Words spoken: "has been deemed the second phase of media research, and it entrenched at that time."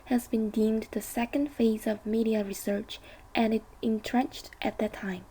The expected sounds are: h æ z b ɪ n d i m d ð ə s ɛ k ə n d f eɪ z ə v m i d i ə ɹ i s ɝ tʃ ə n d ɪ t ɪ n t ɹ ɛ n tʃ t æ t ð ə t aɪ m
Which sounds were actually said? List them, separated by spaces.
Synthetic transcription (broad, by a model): h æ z b ɪ n d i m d ð ə s ɛ k ə n d f eɪ z ə v m i d i ə ɹ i s ɝ tʃ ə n ɪ t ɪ n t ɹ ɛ n tʃ t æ t ð ə t aɪ m